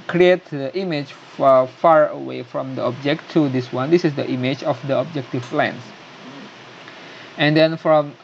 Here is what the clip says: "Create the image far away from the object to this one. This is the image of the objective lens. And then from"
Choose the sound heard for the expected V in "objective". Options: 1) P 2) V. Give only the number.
1